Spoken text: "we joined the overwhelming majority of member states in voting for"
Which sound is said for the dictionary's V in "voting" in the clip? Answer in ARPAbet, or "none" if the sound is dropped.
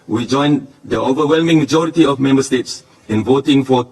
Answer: V